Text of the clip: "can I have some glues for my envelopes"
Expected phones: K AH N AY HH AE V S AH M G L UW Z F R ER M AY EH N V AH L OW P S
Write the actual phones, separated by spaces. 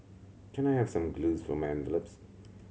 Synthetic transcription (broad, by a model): K AH N AY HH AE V S AH M G L UW Z F R ER M AY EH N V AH L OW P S